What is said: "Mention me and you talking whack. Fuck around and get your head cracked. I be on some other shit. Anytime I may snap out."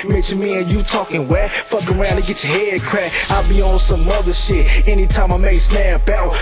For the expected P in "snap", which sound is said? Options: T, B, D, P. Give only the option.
B